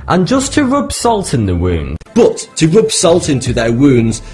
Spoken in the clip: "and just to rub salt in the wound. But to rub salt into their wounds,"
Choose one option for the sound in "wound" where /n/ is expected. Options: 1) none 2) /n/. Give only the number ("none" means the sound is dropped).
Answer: 2